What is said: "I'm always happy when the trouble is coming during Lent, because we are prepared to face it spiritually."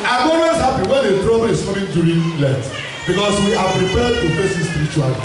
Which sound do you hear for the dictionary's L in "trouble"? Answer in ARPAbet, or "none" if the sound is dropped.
W